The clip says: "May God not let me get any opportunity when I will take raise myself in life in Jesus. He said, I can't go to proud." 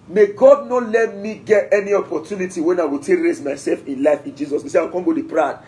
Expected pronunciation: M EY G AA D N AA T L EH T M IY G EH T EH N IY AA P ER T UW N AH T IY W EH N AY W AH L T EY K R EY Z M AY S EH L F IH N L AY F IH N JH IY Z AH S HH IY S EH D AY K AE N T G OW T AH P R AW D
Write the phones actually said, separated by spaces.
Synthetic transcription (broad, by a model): M EY G AA D N AA T L EH T M IY G EH T EH N IY AA P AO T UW N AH T IY W EH N AY W AH L T EY K R EY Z M AY S EH L F IH N L AY F IH N JH IY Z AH S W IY S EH AY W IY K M G OW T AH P R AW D